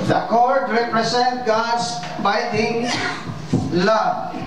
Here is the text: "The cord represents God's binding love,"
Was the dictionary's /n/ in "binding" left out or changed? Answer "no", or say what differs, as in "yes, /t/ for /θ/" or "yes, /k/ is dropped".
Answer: yes, /n/ is dropped